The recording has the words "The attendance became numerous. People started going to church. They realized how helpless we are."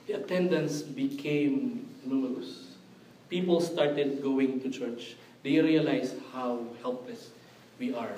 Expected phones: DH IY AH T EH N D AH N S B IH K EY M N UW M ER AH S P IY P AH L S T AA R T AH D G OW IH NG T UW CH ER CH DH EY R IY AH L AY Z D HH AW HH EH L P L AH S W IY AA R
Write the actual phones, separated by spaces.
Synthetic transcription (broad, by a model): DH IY AH T EH N D AH N S B IH K EY M N UW M ER AH S P IY P AH L S T AA R T AH D G OW IH NG T UW CH ER CH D EY R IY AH L AY S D HH AW HH EH L P L AH S W IY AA R